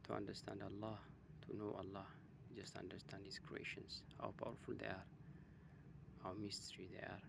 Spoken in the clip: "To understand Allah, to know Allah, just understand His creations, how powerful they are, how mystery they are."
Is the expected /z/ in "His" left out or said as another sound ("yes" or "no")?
yes